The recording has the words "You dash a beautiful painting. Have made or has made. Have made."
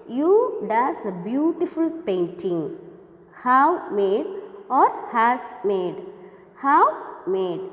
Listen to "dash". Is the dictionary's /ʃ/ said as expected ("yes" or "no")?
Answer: no